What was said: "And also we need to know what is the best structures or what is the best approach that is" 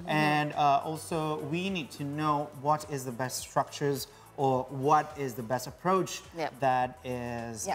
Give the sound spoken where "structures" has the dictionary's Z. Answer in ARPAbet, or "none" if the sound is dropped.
Z